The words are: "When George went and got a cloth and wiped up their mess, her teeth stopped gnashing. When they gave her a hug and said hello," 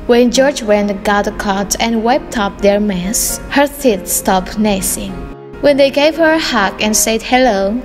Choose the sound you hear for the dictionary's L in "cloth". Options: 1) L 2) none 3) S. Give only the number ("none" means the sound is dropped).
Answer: 2